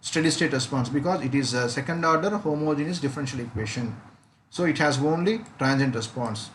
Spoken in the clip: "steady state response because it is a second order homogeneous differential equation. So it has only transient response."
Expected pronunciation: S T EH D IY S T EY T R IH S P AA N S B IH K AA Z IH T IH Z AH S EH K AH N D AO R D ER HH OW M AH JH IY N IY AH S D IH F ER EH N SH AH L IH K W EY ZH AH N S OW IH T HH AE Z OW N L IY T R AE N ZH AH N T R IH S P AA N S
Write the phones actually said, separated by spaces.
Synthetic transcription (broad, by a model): S T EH D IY S T EY T R IH S P AA N S B IH K AA Z IH T IH Z AH S EH K AH N D AO R D ER HH OW M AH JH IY N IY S D IH F ER EH N SH AH L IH K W EY SH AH N S OW IH T HH AE Z OW N L IY T R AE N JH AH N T R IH S P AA N S